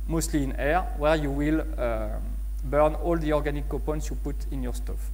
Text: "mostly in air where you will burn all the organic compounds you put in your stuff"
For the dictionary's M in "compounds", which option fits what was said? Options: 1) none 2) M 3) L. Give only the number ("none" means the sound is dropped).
1